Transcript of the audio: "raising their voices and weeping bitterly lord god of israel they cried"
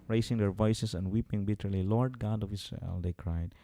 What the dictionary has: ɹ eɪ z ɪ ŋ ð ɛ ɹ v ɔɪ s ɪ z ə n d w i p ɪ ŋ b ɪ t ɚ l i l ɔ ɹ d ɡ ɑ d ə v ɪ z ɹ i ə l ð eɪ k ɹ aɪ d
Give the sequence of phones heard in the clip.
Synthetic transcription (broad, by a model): ɹ eɪ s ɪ ŋ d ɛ ɹ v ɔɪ s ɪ s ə n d w i p ɪ ŋ b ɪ t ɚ l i l ɔ ɹ d ɡ ɑ d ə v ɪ s ɹ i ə l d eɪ k ɹ aɪ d